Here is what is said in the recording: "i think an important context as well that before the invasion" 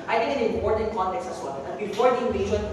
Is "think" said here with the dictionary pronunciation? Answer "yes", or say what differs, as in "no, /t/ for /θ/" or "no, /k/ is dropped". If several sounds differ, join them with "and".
no, /t/ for /θ/